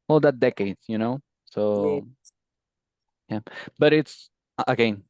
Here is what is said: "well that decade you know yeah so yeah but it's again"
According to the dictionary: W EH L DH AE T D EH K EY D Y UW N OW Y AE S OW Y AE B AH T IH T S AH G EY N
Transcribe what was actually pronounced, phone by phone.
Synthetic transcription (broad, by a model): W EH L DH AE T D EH K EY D Y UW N OW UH S OW Y AE B AH T IH T S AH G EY N